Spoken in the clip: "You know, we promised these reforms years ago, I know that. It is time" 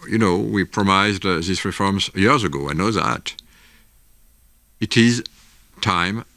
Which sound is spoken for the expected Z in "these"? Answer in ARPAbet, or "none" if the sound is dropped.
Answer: S